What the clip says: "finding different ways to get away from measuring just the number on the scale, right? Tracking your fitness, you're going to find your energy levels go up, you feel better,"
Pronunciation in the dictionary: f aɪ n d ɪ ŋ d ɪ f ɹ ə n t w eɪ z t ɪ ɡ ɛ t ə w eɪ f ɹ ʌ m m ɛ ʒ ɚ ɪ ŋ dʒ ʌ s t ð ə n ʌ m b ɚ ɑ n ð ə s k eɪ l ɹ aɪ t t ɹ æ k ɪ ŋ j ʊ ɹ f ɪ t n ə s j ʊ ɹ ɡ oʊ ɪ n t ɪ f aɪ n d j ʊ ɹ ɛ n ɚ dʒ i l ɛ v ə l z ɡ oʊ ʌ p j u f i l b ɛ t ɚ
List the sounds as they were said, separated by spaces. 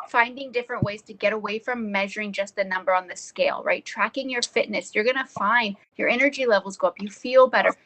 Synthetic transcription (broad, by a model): f aɪ n d ɪ ŋ d ɪ f ɹ ə n t w eɪ z t ɪ ɡ ɛ t ə w eɪ f ɹ ʌ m m ɛ ʒ ɚ ɪ ŋ dʒ ʌ s t ð ə n ʌ m b ɚ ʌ n ð ə s k eɪ l ɹ aɪ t t ɹ æ k ɪ ŋ j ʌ ɹ f ɪ t n ə s j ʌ ɹ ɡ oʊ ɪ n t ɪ f aɪ n d j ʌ ɹ ɛ n ɚ dʒ i l ɛ v l z ɡ oʊ ʌ p j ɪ f i l b ɛ t ɚ